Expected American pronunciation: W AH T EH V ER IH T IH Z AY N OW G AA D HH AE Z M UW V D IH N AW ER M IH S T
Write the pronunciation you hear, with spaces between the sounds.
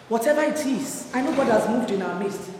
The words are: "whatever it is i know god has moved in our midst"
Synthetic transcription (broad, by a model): W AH T EH V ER IH T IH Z AY N OW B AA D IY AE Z M UW V D IH N AW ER M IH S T